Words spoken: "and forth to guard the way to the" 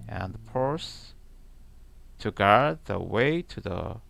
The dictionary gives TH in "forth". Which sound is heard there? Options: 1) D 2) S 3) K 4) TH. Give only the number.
2